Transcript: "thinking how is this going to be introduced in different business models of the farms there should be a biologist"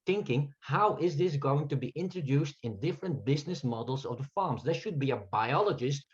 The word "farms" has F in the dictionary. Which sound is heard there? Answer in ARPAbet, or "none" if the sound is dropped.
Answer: F